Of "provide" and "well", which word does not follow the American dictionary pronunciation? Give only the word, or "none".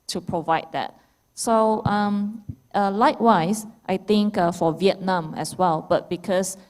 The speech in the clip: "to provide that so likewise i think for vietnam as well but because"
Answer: none